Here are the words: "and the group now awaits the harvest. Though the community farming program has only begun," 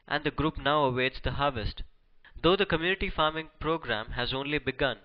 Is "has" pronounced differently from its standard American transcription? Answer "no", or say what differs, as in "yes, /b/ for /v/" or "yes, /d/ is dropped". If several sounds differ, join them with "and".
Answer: no